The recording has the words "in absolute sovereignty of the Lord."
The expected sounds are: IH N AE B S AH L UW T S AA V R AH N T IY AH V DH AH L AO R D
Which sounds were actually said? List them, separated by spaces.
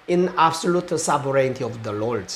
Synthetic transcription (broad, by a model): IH N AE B S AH L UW T S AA B R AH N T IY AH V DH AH L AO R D